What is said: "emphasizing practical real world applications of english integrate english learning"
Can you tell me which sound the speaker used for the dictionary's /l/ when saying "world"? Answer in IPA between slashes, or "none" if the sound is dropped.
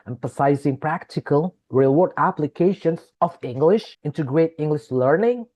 none